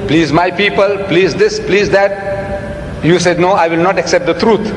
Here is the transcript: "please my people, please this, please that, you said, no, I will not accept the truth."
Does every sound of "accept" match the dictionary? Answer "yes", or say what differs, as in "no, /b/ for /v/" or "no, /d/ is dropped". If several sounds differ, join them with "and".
yes